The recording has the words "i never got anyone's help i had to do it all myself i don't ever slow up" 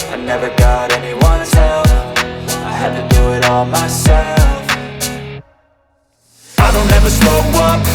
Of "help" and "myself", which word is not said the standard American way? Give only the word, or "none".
help